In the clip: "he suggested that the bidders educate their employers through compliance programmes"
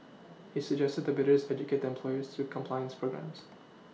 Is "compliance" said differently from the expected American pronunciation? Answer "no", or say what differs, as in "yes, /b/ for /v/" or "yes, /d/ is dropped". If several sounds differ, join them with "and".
no